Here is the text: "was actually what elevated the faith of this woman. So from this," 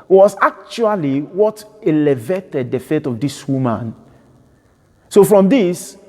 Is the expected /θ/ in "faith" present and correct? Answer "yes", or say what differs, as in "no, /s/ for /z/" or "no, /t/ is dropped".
no, /t/ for /θ/